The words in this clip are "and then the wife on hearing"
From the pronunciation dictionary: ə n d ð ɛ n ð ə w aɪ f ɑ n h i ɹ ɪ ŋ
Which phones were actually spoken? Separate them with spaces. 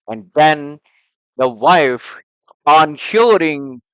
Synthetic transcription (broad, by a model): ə n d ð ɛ n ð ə w aɪ f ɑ n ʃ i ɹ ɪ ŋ